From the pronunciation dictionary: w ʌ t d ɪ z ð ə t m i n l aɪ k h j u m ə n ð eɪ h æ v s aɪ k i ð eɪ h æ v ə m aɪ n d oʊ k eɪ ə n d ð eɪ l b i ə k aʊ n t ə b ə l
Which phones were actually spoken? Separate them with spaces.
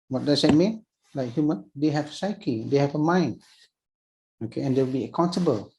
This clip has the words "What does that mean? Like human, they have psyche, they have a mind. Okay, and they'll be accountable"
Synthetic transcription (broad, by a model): w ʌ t d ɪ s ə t m i n l aɪ k h j u m ə n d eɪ h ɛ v s aɪ k i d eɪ h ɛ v ə m aɪ n oʊ k eɪ ə n d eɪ w b i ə k aʊ n t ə b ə l